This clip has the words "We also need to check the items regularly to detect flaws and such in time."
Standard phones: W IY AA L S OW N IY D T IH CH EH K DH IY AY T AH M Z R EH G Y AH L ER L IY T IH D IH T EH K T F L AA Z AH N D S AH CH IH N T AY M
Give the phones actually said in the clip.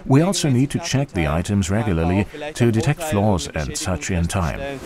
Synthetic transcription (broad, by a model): W IY AA L S OW N IY D T IH CH EH K DH IY AY T AH M Z R EH G Y L ER L IY T IH D IH T EH K T F L AA Z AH N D S AH CH IH N T AY M